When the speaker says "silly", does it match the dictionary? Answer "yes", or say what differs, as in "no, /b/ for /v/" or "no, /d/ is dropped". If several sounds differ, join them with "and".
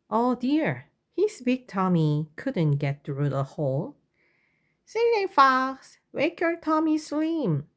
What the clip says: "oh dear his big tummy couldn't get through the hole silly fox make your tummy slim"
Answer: no, /n/ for /l/